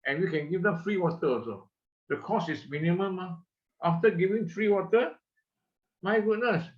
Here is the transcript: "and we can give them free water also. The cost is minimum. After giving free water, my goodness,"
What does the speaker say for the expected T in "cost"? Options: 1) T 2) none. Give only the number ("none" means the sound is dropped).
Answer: 2